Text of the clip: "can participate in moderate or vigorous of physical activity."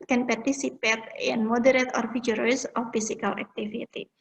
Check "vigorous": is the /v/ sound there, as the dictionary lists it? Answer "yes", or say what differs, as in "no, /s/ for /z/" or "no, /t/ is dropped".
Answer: no, /f/ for /v/